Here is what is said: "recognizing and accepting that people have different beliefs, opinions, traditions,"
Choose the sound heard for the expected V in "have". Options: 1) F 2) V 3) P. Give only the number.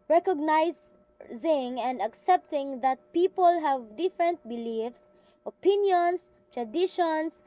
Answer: 2